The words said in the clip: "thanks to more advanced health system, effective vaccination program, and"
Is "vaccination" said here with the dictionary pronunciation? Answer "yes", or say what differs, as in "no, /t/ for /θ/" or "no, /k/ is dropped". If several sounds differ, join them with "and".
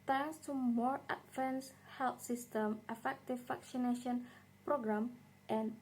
no, /f/ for /v/